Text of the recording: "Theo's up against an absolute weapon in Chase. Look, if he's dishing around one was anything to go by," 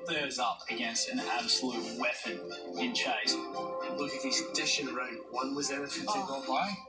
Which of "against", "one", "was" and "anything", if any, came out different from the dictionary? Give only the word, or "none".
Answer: anything